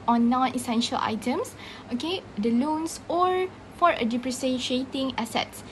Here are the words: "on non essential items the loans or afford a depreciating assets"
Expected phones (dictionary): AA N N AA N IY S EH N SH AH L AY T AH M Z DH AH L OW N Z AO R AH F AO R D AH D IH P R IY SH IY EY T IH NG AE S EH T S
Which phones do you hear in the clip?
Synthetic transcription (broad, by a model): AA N N AA N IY S EH N SH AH L AY T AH M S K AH L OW N S AO R F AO R AH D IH P R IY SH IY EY T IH NG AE S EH T S